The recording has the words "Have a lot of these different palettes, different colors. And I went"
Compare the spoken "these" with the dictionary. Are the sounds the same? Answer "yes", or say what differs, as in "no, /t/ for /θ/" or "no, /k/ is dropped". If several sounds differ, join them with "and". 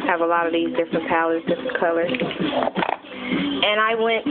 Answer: yes